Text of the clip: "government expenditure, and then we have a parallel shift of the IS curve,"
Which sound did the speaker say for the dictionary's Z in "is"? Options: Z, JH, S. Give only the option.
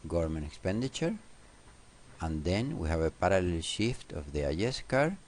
S